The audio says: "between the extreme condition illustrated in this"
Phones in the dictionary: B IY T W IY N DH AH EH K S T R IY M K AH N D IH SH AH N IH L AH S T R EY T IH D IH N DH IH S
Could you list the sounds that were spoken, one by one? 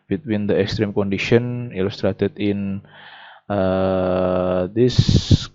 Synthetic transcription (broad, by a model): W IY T W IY N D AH EH K S T R IY M K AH N D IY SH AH N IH L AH S T R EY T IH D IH N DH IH S